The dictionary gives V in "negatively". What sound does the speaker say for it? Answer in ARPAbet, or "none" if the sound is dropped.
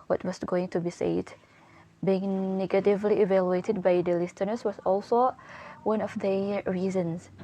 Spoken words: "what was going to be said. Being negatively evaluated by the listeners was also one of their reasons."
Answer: V